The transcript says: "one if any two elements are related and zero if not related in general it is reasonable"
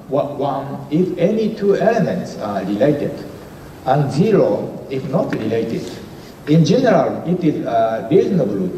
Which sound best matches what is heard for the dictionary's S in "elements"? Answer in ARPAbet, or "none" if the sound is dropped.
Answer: S